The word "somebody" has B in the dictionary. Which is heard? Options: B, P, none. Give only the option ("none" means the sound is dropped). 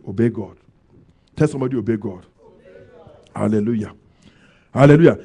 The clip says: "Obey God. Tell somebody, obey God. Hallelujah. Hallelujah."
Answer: none